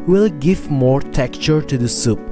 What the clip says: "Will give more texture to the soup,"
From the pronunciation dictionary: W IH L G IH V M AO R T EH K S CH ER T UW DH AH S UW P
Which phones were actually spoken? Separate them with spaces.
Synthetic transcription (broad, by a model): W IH L G IH V M AO R T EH K CH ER T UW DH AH S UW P